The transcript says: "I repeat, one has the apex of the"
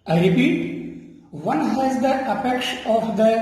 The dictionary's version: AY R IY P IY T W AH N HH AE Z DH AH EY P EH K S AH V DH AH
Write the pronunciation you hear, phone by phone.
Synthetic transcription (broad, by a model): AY R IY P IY T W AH N HH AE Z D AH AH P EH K SH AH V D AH